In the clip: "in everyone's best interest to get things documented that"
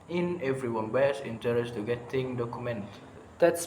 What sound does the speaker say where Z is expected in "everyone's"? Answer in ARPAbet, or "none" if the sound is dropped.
none